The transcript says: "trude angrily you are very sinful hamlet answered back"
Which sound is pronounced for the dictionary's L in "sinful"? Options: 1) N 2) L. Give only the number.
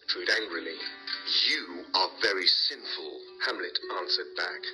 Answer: 2